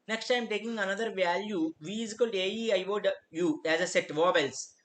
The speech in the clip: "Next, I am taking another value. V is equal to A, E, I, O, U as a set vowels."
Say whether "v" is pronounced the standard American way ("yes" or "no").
yes